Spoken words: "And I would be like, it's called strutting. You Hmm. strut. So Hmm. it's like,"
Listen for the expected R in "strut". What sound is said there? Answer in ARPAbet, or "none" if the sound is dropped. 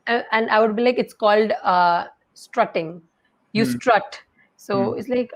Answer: R